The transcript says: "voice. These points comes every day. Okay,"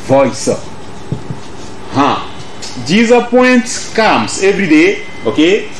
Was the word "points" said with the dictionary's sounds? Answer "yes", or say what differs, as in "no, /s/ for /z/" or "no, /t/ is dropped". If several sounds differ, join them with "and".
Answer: no, /s/ is dropped